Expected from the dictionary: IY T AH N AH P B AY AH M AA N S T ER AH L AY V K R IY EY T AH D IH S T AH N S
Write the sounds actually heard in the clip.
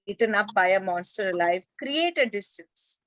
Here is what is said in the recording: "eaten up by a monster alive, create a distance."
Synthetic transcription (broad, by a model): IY T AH N AH P B AY AH M AA N S T ER L AY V K R IY EY T AH D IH S T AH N S